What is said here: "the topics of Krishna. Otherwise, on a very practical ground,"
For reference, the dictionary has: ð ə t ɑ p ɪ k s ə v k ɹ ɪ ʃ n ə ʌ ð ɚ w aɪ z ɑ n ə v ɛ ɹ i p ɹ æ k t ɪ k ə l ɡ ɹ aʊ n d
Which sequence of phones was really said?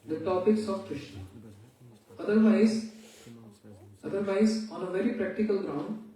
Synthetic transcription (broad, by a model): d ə t ɑ p ɪ k s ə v k ɹ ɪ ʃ n ə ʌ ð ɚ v aɪ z ɑ n ə v ɛ ɹ i p ɹ æ k t ɪ k ə l ɡ ɹ aʊ n d